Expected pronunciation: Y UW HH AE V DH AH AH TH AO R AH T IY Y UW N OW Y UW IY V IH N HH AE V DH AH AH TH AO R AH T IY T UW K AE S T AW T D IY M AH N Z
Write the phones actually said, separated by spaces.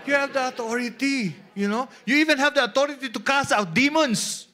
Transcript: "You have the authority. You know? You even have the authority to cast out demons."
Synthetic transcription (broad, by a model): Y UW HH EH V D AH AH T AO R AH T IY Y UW N OW Y UW IY V IH N HH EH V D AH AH T AO R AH T IY T UW K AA S AW T D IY M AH N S